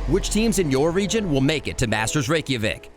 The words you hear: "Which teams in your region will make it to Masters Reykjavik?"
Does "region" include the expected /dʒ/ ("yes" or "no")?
yes